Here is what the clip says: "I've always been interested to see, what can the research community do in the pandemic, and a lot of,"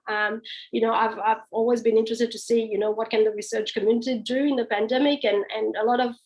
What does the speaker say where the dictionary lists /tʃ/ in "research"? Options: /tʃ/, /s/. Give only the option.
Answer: /tʃ/